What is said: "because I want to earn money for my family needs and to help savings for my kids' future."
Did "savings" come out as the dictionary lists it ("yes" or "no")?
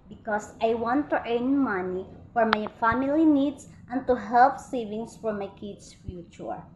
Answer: no